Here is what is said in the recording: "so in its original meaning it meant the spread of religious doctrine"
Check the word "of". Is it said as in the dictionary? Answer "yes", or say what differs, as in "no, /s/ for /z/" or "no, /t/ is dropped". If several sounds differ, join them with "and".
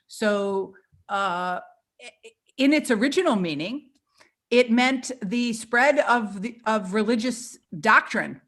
yes